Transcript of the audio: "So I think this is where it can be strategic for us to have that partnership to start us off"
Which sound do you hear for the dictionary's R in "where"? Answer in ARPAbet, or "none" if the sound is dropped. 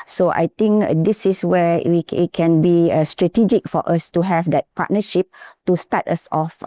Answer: W